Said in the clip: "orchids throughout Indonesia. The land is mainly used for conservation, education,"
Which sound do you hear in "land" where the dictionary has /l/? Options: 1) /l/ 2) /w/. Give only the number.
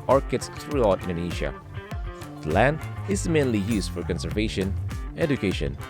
1